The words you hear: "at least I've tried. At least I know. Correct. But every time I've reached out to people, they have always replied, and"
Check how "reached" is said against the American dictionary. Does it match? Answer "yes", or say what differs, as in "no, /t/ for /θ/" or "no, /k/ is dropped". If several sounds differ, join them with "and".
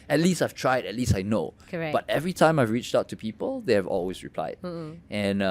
yes